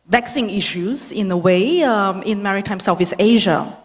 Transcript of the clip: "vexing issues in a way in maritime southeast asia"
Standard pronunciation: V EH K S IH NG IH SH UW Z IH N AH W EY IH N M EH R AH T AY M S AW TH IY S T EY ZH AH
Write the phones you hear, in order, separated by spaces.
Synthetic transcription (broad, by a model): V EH K S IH NG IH SH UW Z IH N AH W EY IH N M EH R AH T AY M S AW F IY S EY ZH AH